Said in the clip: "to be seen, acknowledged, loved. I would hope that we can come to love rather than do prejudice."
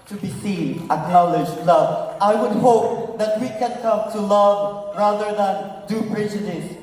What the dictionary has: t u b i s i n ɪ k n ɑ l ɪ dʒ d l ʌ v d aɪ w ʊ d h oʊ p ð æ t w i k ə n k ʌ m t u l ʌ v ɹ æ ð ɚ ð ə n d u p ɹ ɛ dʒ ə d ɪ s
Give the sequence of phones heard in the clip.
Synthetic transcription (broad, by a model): t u b i s i n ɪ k n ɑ l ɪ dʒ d l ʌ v aɪ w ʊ d h oʊ p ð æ t w i k ə n k ʌ m t u l ʌ v ɹ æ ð ɚ ð ə n d u p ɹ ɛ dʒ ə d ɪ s